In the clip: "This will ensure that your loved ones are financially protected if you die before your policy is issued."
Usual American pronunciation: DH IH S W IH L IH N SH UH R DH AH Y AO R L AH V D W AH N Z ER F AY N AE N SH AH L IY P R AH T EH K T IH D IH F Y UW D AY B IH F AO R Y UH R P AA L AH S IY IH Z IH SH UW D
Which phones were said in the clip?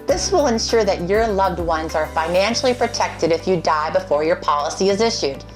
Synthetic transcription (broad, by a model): DH IH S W IH L IH N SH UH R DH AH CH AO R L AH V D W AH N Z ER F AY N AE N SH L IY P R AH T EH K T IH D IH F Y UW D AY B IH F AO R Y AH R P AA L AH S IY IH Z IH SH UW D